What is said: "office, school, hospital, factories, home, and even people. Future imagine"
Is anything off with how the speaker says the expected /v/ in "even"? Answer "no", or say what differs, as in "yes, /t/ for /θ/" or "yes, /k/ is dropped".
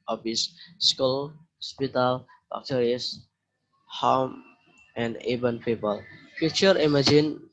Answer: yes, /b/ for /v/